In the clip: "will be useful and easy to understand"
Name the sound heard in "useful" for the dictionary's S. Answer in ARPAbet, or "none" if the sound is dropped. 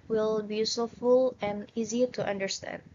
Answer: none